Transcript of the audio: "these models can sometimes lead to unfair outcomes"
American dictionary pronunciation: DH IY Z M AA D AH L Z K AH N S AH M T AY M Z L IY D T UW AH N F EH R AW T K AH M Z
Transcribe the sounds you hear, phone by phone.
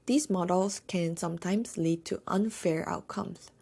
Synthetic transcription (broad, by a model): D IY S M AA D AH L S K AH N S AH M T AY M S L IY D T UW AH N F EH R AW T K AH M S